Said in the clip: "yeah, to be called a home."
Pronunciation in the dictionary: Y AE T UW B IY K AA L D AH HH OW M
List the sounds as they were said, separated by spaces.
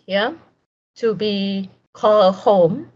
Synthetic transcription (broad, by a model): Y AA T UW B IY K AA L AH HH OW M